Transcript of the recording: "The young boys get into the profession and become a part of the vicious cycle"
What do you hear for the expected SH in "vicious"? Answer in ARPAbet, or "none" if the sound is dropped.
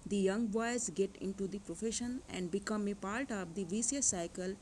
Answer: S